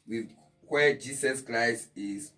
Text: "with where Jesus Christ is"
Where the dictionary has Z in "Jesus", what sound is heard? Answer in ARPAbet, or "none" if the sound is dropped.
S